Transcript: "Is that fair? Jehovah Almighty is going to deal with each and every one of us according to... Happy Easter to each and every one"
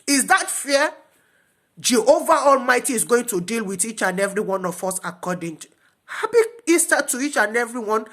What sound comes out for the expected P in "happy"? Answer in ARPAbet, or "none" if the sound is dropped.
B